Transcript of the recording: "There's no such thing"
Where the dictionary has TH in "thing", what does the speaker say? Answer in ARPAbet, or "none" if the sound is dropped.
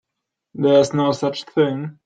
TH